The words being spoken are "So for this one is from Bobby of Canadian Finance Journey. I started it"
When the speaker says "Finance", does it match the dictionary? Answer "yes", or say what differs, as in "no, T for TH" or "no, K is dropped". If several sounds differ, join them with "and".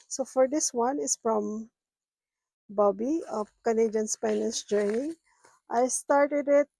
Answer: no, P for F